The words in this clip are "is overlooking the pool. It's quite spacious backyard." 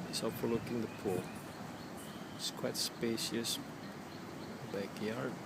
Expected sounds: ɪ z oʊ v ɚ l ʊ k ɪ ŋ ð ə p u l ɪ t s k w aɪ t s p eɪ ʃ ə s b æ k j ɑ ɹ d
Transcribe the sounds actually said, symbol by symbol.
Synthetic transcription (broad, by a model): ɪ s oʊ f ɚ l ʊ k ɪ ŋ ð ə p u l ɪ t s k w aɪ t s p eɪ ʃ ə s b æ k j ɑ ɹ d